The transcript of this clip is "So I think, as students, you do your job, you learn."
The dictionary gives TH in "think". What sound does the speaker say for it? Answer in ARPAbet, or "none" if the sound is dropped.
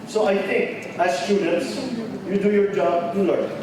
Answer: T